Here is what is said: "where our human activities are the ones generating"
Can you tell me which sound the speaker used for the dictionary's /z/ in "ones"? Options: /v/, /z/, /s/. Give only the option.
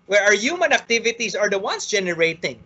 /s/